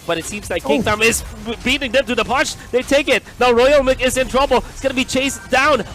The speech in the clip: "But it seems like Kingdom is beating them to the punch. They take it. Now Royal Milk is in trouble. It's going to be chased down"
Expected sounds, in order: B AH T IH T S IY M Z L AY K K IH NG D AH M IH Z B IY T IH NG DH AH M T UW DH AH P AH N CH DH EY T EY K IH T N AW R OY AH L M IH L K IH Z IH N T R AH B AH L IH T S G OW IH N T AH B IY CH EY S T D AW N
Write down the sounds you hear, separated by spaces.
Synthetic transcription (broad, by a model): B AH T IH T S IY M Z L AY K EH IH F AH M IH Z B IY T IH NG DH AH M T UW DH AH P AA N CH DH EY T EY K IH T N AW R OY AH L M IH K IH Z IH N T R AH B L IH T S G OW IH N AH B IY CH EY S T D AW N